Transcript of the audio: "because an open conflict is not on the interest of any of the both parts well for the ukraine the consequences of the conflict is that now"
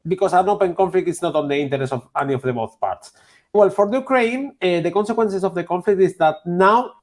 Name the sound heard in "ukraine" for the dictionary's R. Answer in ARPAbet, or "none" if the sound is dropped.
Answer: R